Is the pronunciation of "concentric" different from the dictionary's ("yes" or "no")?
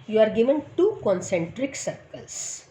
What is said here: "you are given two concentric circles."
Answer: no